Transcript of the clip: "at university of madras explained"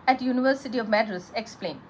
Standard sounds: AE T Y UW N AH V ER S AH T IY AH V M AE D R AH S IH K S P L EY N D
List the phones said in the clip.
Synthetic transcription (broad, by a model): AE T Y UW N AH V ER S AH T IY AH V M AE D R AH S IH K S P L EY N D